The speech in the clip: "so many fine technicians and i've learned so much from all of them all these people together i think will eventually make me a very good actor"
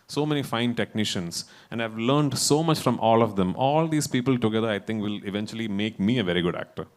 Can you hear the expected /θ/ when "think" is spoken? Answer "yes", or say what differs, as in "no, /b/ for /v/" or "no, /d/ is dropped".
no, /t/ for /θ/